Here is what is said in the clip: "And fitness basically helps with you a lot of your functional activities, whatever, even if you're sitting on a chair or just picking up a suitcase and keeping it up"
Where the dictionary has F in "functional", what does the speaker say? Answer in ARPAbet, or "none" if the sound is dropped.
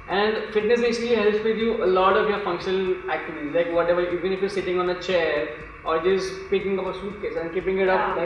F